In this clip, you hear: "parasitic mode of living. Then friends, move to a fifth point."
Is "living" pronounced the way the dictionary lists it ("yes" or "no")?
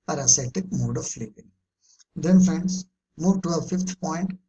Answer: no